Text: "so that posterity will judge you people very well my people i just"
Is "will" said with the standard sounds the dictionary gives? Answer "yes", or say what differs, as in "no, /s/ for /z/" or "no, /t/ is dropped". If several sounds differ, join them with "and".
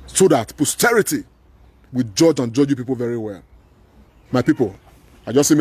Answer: no, /n/ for /l/